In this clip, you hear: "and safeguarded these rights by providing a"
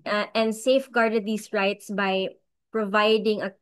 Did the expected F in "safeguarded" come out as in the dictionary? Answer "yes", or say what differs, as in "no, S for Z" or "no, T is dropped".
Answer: yes